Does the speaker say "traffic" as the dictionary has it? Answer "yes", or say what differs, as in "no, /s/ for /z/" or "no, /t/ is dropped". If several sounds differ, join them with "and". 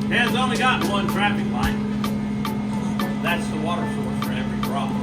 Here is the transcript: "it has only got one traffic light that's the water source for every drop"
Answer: no, /p/ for /f/